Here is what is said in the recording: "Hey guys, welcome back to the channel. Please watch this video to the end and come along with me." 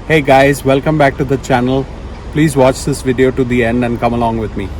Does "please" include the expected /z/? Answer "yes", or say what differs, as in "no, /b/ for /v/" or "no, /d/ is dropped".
yes